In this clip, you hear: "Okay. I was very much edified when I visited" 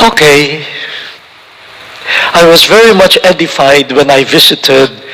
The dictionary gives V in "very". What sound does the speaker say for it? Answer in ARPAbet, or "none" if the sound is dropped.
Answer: V